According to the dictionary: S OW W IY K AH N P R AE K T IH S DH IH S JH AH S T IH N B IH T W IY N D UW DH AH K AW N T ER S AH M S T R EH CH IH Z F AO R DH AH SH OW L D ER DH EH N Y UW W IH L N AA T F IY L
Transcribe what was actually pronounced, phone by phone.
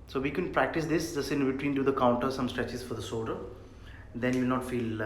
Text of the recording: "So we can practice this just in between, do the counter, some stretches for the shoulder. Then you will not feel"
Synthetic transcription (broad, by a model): S OW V IY K AH N P R AE K T IH S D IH S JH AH S IH N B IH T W IY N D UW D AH K AW N T ER S AH M S T R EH CH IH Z F AO R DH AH S OW D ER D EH N Y UW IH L N AA T F IY L